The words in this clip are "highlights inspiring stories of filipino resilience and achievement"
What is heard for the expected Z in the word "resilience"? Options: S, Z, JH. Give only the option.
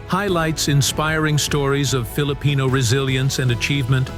Z